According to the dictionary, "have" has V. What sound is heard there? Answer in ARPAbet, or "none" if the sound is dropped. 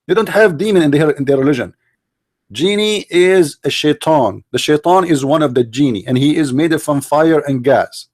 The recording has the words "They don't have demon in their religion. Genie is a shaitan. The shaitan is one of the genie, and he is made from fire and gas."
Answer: V